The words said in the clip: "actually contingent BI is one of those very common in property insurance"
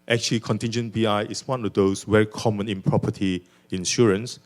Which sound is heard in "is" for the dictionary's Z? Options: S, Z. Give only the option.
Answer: S